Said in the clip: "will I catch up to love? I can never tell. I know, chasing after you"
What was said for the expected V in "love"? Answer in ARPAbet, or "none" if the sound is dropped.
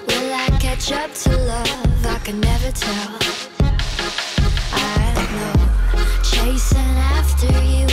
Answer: V